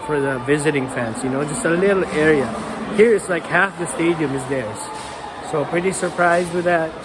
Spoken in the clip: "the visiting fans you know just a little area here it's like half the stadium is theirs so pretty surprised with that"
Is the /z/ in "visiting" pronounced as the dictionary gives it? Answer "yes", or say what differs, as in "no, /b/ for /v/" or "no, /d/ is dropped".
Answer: yes